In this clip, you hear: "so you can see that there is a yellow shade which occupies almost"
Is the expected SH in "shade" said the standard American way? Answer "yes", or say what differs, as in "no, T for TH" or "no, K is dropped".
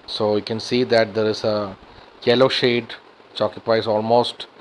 yes